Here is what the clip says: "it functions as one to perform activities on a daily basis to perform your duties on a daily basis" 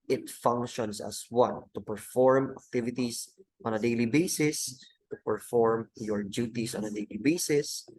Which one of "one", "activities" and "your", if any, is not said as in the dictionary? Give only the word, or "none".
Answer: activities